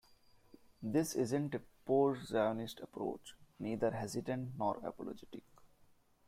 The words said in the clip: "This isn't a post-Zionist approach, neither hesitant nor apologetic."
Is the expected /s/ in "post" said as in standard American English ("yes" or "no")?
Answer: no